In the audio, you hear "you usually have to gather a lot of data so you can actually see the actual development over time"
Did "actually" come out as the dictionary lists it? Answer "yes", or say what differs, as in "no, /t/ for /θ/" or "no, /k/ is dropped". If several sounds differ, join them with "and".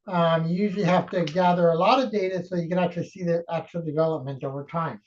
yes